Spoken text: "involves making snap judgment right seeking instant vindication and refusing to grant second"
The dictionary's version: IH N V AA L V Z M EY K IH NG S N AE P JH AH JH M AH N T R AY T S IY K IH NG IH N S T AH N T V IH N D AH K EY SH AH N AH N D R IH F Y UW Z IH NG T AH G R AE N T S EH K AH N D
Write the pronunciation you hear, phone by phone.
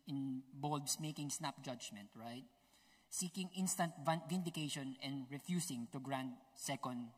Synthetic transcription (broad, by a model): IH N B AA L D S M EY K IH NG S N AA P JH AH JH M AH N T R AY T S IY K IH NG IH N S T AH N T V IH N D AH K EY SH AH N AH N D R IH F Y UW S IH NG T AH G R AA N T S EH K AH N D